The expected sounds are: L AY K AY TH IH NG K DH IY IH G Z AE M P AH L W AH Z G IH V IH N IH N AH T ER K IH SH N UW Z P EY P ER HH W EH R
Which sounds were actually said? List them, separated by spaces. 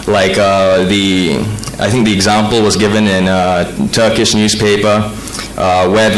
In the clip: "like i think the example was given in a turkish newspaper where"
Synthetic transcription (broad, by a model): L AY K AY TH IH NG K DH IY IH G Z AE M P L W AH Z G IH V IH N IH N AH T ER K IH SH N UW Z P EY P ER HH W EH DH